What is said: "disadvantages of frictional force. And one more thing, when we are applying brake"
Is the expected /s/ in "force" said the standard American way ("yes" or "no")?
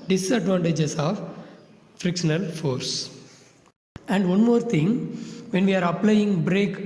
yes